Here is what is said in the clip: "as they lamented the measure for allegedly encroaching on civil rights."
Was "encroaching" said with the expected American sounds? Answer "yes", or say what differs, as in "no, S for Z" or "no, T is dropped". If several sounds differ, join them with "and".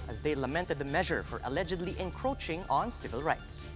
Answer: yes